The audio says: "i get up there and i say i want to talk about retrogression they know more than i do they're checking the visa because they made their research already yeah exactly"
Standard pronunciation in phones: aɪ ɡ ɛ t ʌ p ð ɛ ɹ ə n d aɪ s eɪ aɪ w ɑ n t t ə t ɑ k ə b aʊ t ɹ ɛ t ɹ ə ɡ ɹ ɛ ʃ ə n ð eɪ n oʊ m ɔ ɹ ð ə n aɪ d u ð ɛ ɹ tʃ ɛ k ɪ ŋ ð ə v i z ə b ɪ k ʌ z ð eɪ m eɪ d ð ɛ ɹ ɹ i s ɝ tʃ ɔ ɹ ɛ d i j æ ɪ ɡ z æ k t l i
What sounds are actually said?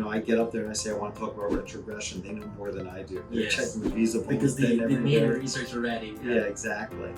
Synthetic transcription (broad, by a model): aɪ ɡ ɛ t ʌ p ð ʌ ɹ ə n aɪ s eɪ aɪ w ɑ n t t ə t ɑ k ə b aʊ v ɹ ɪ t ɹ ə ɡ ɹ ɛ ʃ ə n ð eɪ n oʊ m ɔ ɹ ð ə n aɪ d u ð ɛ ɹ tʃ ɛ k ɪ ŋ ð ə v i z ə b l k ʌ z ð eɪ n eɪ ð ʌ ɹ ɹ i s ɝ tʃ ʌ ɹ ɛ d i j æ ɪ ɡ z æ k t l i